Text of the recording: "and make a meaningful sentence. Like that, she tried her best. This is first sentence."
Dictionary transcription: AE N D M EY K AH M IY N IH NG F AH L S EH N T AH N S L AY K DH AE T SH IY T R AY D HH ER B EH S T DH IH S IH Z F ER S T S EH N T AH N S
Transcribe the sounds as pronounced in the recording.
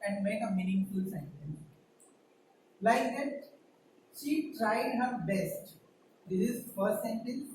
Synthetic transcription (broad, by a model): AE N D M EY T AH M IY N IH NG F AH L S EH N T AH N L AY K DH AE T SH IY T R AY D HH ER B EH S T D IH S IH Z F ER T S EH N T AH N